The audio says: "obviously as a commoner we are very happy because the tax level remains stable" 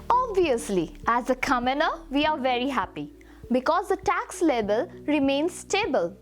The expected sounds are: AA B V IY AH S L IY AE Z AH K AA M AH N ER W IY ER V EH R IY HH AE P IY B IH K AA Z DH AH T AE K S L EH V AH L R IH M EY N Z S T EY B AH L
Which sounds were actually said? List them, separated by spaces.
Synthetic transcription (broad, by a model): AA B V IY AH S L IY AE Z AH K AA M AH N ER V IY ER V EH R IY HH AE P IY B IH K AA Z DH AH T AE K S L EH B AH L R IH M EY N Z S T EY B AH L